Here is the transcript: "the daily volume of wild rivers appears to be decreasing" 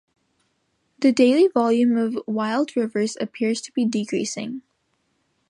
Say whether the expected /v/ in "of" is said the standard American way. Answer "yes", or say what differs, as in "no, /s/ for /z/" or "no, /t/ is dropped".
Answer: yes